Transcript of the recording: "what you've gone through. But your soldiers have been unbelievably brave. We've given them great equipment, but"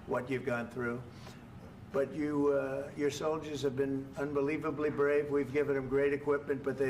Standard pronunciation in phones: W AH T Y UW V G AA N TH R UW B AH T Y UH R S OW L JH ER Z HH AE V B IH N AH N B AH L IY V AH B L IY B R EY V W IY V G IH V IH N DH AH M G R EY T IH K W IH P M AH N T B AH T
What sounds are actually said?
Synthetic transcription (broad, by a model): W AH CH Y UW V G AA N TH R UW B AH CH Y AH R S OW L JH ER Z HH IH V B IH N AH N B AH L IY V AH B L IY B R EY V W IY V G IH V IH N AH M G R EY T IH K W IH P M AH N T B AH T